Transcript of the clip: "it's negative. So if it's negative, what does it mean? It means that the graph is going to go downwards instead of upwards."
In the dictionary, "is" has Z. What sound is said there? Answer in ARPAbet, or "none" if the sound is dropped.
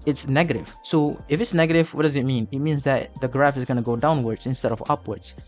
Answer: Z